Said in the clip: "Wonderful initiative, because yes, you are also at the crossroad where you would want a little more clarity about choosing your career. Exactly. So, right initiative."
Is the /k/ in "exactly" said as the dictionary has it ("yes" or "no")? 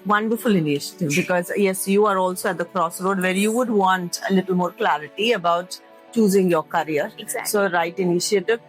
no